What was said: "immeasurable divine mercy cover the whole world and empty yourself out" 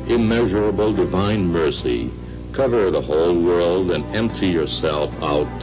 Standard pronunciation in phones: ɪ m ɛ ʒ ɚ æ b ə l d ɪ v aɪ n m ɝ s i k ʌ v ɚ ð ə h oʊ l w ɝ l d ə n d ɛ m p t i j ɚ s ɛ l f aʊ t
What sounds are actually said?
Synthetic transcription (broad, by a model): ɪ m ɛ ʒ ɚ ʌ b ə l d ɪ v aɪ n m ɝ s i k ʌ v ɚ ð ə h oʊ l w ɝ l d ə n ɛ m p t i j ɚ s ɛ l f aʊ t